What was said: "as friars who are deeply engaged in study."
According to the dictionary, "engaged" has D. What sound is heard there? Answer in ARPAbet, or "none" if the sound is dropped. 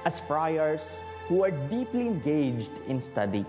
D